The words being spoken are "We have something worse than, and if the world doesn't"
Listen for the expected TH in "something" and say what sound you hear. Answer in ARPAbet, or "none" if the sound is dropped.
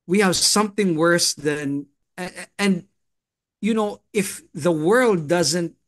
TH